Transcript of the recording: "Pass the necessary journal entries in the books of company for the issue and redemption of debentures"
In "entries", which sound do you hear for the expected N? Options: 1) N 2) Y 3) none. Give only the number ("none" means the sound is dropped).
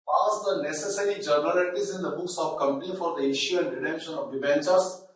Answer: 3